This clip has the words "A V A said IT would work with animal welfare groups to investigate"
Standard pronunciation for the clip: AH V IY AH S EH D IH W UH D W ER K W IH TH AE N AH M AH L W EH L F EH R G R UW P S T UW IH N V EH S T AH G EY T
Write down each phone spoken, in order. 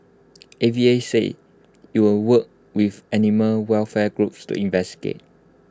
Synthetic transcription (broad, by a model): AH V IY AH S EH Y IH W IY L W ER K W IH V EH N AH M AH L W EH L F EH G R UW P S T UW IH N V EH S T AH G EY T